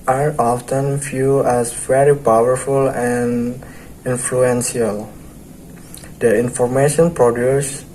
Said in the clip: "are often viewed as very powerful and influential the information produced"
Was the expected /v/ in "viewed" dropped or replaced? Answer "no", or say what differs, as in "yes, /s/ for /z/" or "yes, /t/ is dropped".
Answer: yes, /f/ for /v/